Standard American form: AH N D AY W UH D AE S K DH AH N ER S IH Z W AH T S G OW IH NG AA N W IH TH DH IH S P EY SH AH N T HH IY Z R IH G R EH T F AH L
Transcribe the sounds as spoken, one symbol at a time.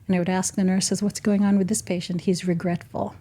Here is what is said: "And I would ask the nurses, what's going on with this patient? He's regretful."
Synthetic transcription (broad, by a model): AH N AY W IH D AE S K DH AH N ER S IH Z W AH T S G OW IH NG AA N W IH DH IH S P EY SH AH N T HH IY Z R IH G R EH T F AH L